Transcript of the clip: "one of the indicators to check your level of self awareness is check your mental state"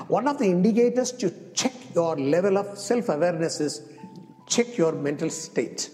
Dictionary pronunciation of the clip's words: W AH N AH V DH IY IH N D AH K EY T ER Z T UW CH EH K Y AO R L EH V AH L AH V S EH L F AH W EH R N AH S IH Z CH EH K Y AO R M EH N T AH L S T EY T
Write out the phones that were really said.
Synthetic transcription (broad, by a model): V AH N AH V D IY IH N D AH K EY T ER S T UW CH EH K Y AO R L EH V AH L AH V S EH L F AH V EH R N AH S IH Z CH EH K Y AO R M EH N T AH L S T EY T